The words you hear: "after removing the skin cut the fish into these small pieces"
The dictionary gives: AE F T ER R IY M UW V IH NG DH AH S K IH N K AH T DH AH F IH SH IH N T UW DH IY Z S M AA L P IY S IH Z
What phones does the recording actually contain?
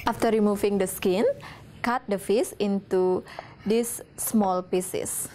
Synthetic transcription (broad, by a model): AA F T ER R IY M UW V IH NG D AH S K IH N K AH T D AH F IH S IH N T UW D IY S M AA L P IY S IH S